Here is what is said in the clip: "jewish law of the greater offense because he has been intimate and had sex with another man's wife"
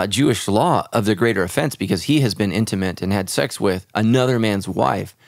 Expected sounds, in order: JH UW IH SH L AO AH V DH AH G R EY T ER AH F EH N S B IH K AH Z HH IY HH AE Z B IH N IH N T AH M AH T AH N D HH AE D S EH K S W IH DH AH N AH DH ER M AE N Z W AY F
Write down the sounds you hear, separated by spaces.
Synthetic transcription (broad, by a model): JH UW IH SH L AO AH V DH AH G R EY T ER AH F EH N S B IH K AH Z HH IY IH Z B IH N IH N T AH M AH T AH N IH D S EH K S W IH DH AH N AH DH ER M AE N Z W AY F